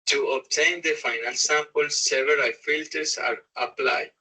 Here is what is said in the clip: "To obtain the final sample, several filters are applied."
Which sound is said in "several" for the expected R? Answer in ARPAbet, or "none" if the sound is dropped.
none